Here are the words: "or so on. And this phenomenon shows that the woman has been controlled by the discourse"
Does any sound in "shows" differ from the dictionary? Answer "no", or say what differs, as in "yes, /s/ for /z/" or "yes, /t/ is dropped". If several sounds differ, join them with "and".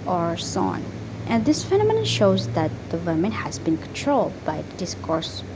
no